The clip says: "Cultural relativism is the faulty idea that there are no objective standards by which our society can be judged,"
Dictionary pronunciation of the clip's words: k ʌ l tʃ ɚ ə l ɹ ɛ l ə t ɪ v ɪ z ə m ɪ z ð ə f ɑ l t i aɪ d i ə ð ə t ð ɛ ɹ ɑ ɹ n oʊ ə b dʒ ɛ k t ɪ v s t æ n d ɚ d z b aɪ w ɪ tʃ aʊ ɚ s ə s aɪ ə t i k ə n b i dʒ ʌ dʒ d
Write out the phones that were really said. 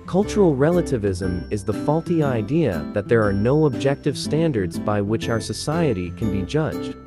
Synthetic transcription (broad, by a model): k ʌ l tʃ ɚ l ɹ ɛ l ə t ɪ v ɪ z ə m ɪ z ð ə f ɑ l t i aɪ d i ə ð ə t ð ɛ ɹ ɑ ɹ n oʊ ə b dʒ ɛ k t ɪ v s t æ n d ɚ d z b aɪ w ɪ tʃ aʊ ɚ s ə s aɪ ə t i k ə n b i dʒ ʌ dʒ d